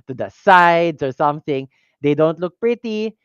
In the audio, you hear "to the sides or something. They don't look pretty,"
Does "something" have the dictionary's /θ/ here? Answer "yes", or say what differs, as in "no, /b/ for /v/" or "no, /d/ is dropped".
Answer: yes